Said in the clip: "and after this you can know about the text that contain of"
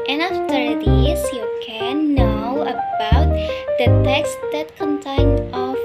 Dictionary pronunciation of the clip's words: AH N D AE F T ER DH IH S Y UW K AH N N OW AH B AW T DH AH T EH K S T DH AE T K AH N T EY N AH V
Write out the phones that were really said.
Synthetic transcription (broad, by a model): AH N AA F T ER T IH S Y UW K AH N N OW AH B AW T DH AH T EH K S T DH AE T K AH N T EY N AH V